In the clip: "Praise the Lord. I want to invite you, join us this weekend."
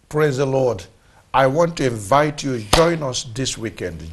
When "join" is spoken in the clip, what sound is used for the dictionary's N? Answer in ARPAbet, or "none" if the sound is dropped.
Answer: N